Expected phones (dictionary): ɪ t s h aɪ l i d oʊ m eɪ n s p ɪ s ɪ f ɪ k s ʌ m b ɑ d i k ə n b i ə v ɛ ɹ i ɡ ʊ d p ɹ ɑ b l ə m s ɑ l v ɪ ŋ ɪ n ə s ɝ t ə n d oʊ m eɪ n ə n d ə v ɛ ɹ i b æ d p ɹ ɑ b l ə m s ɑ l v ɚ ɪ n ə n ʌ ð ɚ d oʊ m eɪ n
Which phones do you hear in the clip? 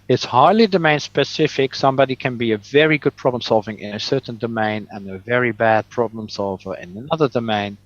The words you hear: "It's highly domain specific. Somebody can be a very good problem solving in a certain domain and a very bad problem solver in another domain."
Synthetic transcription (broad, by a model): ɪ t s h aɪ l i d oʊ m eɪ n s p ɪ s ɪ f ɪ k s ʌ m b ɑ d i k ə n b i ə v ɛ ɹ i ɡ ʊ d p ɹ ɑ b l ə m s ɑ l v ɪ ŋ ɪ n ə s ɝ t n d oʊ m eɪ n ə n ə v ɛ ɹ i b æ d p ɹ ɑ b l ə m s ɑ l v ɚ ɪ n ə n ʌ ð ɚ d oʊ m eɪ n